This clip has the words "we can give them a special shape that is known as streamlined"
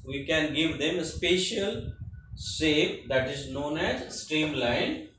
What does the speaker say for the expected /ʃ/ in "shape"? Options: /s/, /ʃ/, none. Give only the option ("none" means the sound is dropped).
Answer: /s/